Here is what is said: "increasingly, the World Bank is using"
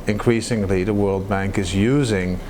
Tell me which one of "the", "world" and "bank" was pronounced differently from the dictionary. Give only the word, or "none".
none